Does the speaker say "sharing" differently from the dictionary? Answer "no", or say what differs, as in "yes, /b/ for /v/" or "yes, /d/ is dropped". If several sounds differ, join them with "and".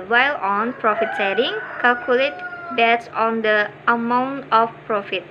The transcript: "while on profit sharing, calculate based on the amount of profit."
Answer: yes, /s/ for /ʃ/